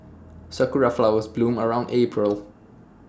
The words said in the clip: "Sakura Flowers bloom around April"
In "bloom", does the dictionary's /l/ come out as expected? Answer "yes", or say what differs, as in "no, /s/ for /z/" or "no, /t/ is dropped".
yes